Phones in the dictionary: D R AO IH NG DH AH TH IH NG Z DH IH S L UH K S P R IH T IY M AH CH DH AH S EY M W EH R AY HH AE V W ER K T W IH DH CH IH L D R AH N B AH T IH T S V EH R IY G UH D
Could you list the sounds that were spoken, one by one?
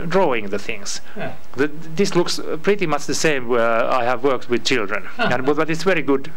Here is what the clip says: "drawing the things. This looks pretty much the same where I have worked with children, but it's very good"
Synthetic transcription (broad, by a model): D R AO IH NG DH AH TH IH NG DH DH IH S L UH K S P R IH T IY M AH CH DH AH S EY M W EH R AY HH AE V W ER K T W IH DH CH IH L D R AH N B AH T IH T S V EH R IY G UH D